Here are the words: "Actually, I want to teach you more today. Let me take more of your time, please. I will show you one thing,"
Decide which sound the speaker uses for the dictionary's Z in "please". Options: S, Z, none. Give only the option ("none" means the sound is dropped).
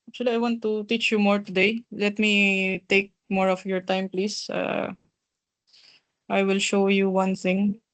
S